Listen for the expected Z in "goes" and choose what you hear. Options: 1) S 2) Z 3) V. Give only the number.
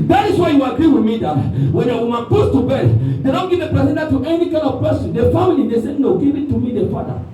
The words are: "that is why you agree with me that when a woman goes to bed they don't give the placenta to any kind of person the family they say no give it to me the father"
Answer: 1